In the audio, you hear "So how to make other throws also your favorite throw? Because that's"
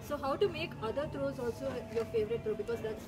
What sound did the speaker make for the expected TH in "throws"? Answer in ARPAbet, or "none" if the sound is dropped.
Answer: T